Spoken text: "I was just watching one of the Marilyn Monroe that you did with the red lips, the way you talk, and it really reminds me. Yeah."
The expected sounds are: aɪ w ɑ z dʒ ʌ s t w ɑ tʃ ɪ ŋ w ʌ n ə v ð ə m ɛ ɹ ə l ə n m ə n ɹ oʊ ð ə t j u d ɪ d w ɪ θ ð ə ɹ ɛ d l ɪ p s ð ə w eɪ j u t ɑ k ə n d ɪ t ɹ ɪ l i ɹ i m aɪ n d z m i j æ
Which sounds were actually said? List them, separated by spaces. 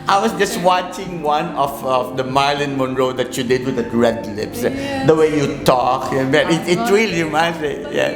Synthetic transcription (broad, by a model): aɪ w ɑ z dʒ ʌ s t w ɑ tʃ ɪ ŋ w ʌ n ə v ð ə m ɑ ə l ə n m ə n ɹ oʊ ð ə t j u d ɪ d w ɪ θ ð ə ɹ ɛ d l ɪ p s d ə w eɪ j u t ɑ k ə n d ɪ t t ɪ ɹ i l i m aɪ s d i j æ